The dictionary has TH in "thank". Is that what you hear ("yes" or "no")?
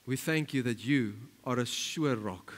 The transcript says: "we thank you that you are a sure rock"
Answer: yes